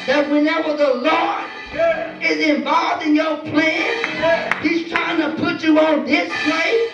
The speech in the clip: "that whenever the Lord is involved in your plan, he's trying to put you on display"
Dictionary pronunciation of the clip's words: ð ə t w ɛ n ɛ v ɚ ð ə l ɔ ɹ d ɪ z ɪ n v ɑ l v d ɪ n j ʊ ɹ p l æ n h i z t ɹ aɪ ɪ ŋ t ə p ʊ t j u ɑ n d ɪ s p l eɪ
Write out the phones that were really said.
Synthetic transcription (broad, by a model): ð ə t w ɛ n ɛ v ɚ ð ə l ɔ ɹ ɪ z ɪ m v ɑ l v d ɪ n j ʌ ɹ p l æ n h i z t ɹ aɪ ɪ ŋ t ə p ʊ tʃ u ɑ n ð ɪ s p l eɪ